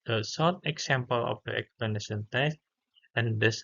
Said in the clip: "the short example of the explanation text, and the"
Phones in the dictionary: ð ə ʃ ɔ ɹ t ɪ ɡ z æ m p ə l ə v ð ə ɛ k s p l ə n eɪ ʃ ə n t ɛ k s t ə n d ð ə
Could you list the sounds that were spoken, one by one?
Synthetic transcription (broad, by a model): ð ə s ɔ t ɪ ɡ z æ m p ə l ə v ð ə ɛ k s p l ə n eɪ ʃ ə n t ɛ s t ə n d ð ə